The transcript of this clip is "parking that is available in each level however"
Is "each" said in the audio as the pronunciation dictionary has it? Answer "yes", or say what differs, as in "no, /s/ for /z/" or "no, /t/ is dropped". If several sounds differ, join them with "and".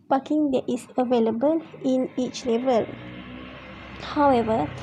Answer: yes